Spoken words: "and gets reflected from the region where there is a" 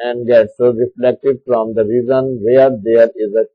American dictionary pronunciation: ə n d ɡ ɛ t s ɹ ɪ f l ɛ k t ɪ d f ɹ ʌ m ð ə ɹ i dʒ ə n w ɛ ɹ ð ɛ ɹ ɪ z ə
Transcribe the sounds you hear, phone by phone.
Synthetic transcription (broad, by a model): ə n d ɡ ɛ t s ɹ ɪ f l ɛ k t ɪ d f ɹ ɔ m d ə ɹ i z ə n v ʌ ɹ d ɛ ɹ ɪ z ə